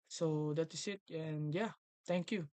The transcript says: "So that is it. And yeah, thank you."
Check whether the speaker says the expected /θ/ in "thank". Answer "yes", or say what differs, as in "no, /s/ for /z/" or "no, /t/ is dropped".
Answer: no, /t/ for /θ/